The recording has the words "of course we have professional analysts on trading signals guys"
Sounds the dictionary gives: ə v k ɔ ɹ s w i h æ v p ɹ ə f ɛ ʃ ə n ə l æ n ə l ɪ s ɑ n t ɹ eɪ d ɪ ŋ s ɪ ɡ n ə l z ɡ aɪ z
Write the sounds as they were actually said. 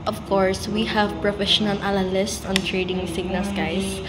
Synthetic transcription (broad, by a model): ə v k ɔ ɹ s w i h æ v p ɹ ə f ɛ ʃ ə n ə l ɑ l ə l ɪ s ɑ n t ɹ eɪ d ɪ ŋ s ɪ ɡ n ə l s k aɪ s